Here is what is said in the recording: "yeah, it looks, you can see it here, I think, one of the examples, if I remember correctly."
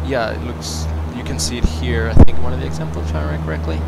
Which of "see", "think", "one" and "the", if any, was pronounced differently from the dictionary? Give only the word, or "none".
none